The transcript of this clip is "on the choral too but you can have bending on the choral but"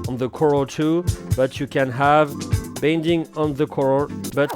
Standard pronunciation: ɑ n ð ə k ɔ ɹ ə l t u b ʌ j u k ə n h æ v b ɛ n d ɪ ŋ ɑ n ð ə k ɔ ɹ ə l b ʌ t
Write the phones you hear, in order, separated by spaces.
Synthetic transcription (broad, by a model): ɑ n ð ə k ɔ ɹ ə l t u b ʌ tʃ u k ə n h æ v b ɛ n d ɪ ŋ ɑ n ð ə k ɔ ɹ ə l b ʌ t